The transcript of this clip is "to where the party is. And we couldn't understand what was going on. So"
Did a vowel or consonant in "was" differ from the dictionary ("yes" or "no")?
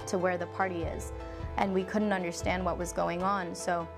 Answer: no